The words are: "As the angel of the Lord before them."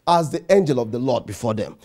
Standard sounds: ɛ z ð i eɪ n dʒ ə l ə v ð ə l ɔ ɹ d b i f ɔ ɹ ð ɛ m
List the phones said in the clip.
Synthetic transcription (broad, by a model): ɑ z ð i eɪ n dʒ ə l ə v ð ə l ɔ d b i f ɔ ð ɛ m